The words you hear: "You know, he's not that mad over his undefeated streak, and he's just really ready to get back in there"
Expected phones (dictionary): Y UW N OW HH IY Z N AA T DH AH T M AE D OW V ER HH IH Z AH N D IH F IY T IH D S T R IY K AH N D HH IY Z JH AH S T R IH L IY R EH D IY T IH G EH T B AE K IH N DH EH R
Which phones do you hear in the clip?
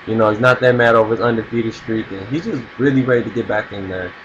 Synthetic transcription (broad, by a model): Y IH N OW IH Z N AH T DH AH T M AE D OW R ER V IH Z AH N D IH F IY T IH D S T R IY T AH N HH IY Z JH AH S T R IH L IY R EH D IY T IH G EH T B AE K IH N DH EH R